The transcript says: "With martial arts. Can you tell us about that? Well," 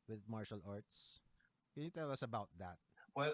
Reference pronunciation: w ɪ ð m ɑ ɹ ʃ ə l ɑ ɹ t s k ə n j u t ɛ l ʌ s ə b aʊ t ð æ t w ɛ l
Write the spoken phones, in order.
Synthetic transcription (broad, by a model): w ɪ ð m ɑ ɹ ʃ ə l ɑ ɹ t s k ə n j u t ɛ l ʌ s ə b aʊ t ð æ t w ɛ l